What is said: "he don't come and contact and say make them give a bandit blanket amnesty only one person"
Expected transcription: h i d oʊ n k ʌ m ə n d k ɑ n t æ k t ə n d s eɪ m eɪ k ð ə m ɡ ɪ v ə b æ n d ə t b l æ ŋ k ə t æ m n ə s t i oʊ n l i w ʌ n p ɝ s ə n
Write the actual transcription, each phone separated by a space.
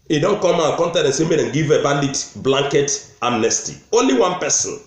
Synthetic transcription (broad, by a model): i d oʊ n k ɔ m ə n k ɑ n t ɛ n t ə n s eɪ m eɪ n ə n ɡ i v ə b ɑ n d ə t b l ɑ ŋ k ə t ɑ m n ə s t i oʊ n l i w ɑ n p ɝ s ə n